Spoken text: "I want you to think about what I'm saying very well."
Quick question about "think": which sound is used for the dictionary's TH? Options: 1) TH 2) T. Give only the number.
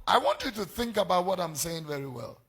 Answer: 1